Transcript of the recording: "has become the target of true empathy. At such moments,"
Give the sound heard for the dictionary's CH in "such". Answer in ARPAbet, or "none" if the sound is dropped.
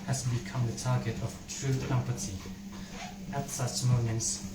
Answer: S